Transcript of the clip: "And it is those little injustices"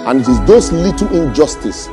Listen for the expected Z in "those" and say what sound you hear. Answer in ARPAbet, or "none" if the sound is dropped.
S